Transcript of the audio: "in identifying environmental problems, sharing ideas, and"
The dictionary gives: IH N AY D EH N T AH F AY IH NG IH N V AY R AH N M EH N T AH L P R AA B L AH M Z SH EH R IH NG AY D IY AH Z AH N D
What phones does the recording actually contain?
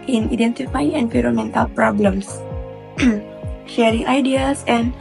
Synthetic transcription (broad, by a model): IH N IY D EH N T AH F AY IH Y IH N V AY R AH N M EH N T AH L P R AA B L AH M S SH EH R IH NG AY D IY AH S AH N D